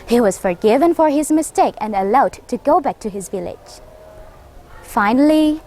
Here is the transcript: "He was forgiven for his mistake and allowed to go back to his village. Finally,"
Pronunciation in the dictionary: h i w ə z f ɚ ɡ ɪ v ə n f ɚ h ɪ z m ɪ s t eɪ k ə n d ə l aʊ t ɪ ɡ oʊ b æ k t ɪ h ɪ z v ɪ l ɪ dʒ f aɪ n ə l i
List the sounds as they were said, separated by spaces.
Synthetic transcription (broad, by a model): h i w ə z f ɚ ɡ ɪ v ə n f ɚ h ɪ z m ɪ s t eɪ k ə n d ə l aʊ t ɪ ɡ oʊ b æ k t ɪ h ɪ z v ɪ l ɪ dʒ f aɪ n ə l i